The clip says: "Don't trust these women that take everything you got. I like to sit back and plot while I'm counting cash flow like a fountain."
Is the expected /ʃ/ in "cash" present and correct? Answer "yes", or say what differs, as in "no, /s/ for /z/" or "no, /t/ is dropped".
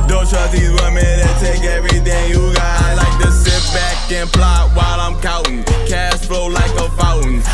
no, /s/ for /ʃ/